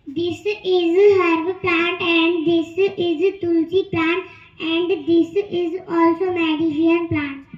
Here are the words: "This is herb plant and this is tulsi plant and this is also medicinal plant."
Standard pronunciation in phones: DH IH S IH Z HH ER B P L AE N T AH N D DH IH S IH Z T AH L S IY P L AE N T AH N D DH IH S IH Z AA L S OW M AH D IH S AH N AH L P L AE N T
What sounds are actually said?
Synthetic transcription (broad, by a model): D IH S IH Z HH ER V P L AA N T AH N D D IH S IH Z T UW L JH IY P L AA N T AH N D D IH S IH Z AA L S OW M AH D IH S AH AH N P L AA N T